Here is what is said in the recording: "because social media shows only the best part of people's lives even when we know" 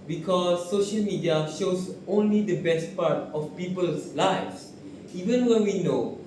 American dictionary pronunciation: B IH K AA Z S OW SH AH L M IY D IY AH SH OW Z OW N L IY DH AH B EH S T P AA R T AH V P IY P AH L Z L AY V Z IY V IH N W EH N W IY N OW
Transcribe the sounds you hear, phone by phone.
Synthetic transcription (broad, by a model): B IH K AA S OW SH AH L M IY D IY AH SH OW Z OW N L IY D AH B EH S T P AA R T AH F P IY P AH L S L AY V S IY V IH N W EH N W IY N OW